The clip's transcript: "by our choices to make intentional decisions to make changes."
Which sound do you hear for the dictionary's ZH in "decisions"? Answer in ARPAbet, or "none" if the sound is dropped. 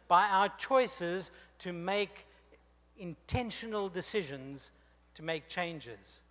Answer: ZH